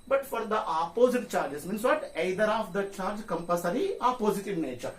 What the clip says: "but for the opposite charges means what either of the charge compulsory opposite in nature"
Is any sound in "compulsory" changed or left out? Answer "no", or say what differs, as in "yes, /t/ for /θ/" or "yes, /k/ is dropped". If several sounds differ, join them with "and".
yes, /l/ is dropped